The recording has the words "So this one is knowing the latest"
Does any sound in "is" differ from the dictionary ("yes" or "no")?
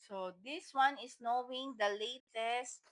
yes